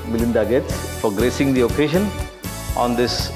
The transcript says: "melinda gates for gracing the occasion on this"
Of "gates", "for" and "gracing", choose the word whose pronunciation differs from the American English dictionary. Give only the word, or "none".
for